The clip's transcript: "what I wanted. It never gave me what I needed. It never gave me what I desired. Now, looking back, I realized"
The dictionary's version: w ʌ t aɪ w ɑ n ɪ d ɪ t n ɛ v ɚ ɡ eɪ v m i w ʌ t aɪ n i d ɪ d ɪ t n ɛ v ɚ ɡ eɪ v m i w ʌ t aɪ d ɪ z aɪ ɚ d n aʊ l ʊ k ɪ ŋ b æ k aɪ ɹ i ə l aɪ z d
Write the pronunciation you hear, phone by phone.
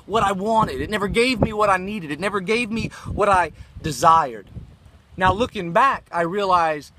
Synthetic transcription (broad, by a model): w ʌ t aɪ w ɑ n ɪ d ɪ t n ɛ v ɚ ɡ eɪ v m i w ʌ t aɪ n i d ɪ d ɪ t n ɛ v ɚ ɡ eɪ v m i w ʌ t aɪ d ɪ z aɪ ɚ d n aʊ l ʊ k ɪ ŋ b æ k aɪ ɹ i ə l aɪ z